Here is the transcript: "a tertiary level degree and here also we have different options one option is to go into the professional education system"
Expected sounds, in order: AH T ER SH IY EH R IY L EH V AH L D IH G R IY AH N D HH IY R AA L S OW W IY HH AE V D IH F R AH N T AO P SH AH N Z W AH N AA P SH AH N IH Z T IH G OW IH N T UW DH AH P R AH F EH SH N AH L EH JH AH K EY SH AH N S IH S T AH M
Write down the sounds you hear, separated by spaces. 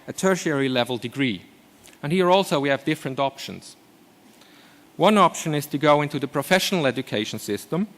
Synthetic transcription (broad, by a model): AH T ER SH IY EH R IY L EH V AH L D IH G R IY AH N HH IY R AA L S OW W IY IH V D IH F R AH N T AO P SH AH N Z W AH N AA P SH AH N IH Z T IH G OW IH N T UW DH AH P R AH F EH SH N L EH JH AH K EY SH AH N S IH S T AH M